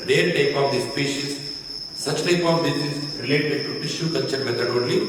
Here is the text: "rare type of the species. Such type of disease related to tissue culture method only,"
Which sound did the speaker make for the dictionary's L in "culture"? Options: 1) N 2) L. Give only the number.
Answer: 1